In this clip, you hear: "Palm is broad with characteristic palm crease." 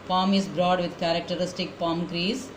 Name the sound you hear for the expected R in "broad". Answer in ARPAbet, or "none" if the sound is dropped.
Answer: R